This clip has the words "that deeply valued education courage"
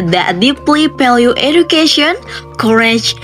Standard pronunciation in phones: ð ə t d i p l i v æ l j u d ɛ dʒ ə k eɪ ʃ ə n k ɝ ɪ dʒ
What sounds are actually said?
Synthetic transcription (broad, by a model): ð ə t d i p l i p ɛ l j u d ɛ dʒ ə k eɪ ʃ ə n k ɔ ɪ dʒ